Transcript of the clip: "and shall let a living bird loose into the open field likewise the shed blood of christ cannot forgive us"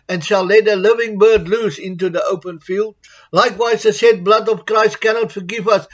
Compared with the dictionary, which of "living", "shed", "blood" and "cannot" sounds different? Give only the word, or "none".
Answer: shed